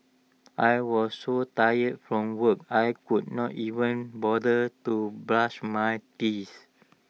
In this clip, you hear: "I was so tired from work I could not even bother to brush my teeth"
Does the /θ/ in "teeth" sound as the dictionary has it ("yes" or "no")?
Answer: no